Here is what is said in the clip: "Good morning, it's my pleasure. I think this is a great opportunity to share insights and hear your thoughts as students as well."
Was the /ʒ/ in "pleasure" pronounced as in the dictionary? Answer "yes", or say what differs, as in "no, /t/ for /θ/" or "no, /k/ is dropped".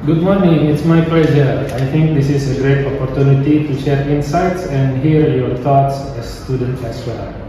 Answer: no, /z/ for /ʒ/